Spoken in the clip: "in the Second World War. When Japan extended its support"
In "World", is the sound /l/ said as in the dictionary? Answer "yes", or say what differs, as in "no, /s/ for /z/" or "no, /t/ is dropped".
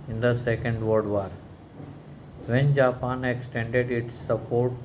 no, /l/ is dropped